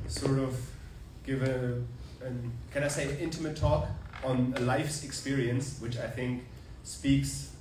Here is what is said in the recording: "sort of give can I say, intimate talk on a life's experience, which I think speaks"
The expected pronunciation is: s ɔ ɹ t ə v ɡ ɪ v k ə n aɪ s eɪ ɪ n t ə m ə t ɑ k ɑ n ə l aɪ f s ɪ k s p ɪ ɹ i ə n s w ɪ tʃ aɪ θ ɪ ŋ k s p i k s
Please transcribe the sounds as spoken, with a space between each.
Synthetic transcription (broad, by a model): s ɔ ɹ t ə v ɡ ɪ v k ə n aɪ s eɪ ɪ n t ə m ə t ɑ k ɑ n ə l aɪ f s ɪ k s p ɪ ɹ i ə n s w ɪ tʃ aɪ θ ɪ ŋ k s p i k s